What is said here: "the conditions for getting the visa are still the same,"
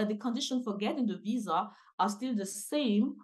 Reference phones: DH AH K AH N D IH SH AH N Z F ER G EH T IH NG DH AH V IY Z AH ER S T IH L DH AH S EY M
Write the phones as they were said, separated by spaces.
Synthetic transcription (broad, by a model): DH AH K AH N D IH SH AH N F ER G EH T IH NG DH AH V IY Z AH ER S T IH L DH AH S EY M